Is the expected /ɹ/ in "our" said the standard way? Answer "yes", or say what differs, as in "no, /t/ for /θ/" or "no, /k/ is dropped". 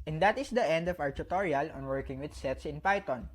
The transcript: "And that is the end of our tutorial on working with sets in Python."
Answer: no, /w/ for /ɹ/